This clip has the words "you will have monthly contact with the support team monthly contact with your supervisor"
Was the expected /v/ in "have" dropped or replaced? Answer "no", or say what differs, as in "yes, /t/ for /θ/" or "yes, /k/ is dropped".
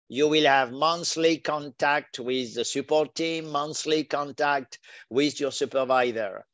no